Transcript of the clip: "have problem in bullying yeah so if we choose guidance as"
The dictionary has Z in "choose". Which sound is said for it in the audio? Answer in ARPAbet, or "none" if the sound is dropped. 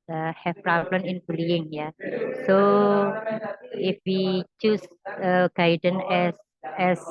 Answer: S